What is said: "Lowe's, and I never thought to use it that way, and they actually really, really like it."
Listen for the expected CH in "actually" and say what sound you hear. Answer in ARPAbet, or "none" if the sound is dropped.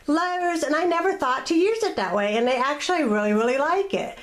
CH